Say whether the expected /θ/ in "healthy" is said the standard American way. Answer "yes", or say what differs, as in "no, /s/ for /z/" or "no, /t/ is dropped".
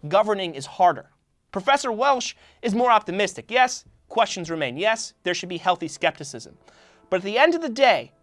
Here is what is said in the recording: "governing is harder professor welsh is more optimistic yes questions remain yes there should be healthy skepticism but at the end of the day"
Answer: yes